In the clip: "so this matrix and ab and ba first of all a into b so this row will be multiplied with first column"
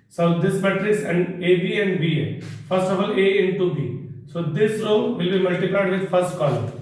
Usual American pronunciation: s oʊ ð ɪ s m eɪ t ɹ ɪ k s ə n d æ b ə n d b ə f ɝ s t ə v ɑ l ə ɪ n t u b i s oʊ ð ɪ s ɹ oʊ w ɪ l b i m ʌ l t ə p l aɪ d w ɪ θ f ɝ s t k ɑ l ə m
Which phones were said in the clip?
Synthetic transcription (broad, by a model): s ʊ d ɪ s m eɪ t ɹ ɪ s ə n d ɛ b ə n d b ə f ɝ s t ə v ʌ l ə ɪ n t u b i s oʊ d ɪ s ɹ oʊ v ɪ l b i m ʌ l t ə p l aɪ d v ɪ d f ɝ s t k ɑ l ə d